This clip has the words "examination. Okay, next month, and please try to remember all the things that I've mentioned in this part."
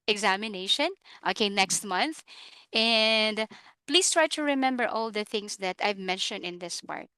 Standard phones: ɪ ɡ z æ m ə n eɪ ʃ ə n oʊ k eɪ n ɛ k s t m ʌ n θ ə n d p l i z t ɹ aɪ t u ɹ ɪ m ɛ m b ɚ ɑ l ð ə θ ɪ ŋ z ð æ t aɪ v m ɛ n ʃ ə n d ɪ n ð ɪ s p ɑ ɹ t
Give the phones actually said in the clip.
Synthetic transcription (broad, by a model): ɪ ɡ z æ m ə n eɪ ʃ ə n oʊ k eɪ n ɛ k s t m ʌ n θ ə n d p l i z t ɹ aɪ t u ɹ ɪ m ɛ m b ɚ ɑ l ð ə θ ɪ ŋ s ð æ t aɪ v m ɛ n ʃ ə n d ɪ n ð ɪ s p ɑ ɹ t